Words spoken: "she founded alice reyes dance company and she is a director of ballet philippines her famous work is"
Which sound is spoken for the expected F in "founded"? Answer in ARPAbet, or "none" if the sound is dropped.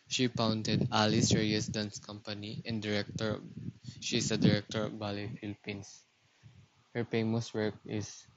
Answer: P